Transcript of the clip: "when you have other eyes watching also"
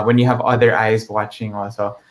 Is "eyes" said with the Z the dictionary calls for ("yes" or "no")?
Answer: yes